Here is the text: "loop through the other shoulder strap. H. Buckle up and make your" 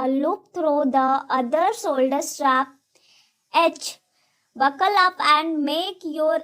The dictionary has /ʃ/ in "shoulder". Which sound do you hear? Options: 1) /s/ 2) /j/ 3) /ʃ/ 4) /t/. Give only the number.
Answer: 1